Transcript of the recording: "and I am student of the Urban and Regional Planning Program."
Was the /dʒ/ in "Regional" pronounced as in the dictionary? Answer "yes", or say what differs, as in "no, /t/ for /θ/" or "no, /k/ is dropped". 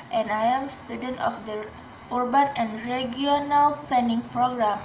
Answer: no, /dʒ/ is dropped